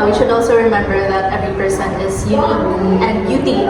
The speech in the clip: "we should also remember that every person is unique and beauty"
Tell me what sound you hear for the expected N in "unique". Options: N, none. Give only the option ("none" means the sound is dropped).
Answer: none